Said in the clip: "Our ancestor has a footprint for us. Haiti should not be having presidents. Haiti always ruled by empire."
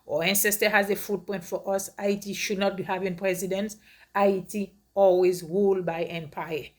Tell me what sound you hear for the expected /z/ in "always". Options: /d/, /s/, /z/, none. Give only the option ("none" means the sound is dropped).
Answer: /z/